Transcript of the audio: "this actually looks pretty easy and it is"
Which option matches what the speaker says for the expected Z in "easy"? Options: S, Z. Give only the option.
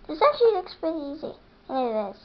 Z